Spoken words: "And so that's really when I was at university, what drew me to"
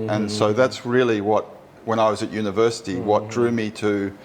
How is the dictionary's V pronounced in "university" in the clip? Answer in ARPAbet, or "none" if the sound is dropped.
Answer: V